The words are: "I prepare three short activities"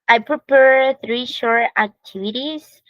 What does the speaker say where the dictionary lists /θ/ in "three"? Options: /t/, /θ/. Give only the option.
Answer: /θ/